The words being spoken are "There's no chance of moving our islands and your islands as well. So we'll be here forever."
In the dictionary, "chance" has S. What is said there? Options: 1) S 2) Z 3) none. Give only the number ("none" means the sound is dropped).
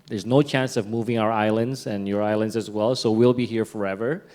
1